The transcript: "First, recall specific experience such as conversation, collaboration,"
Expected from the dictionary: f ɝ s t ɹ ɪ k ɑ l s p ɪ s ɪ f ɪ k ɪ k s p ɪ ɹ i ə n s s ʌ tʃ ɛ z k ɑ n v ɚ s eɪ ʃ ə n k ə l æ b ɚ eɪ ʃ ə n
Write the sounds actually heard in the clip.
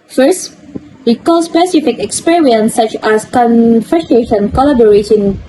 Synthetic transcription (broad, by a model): f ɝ s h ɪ k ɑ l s p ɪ s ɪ f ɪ k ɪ k s p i ɹ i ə n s s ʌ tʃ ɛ s k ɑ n f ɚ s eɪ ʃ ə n k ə l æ b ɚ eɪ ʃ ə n